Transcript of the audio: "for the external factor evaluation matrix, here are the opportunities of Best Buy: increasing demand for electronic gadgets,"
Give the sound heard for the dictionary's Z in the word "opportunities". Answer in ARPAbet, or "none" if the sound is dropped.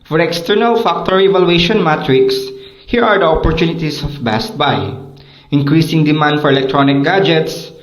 S